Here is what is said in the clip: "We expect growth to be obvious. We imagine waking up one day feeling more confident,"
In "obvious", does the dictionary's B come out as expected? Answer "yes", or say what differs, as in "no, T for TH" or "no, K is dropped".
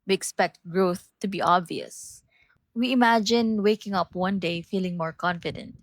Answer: yes